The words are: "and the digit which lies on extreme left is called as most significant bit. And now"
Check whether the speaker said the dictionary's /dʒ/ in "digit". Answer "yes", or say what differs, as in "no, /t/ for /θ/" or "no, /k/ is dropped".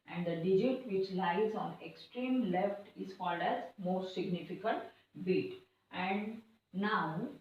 yes